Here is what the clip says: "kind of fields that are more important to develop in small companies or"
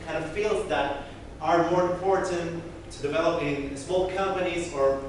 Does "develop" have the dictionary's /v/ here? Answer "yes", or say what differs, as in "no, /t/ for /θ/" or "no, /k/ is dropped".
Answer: yes